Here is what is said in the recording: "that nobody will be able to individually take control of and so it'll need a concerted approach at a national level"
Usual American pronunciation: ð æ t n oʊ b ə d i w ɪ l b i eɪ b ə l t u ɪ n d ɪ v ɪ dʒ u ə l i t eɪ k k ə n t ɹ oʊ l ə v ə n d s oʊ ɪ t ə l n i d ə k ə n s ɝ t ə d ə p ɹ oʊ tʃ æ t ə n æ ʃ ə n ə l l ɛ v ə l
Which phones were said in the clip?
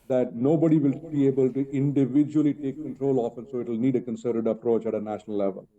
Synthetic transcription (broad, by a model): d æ t n oʊ b ə d i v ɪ l b i eɪ b ə l t u ɪ n d ɪ v ɪ dʒ u ə l i t eɪ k k ə n t ɹ oʊ l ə f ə n s oʊ ɪ t ə l n i d ə k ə n s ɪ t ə d ə p ɹ oʊ tʃ æ t ə n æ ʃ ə n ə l l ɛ v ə l